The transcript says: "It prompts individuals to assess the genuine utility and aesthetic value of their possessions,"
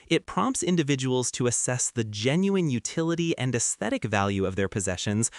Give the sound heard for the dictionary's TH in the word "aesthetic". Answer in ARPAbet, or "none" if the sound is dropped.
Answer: TH